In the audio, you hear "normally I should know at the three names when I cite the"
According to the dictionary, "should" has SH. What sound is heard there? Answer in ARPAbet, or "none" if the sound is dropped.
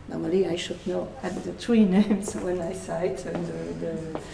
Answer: SH